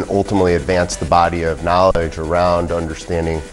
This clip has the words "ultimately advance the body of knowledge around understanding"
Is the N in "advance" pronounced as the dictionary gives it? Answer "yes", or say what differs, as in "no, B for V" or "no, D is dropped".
yes